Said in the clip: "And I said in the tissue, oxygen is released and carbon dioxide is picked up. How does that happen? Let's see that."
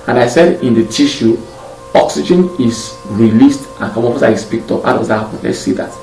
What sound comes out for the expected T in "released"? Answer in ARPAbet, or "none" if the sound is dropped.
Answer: T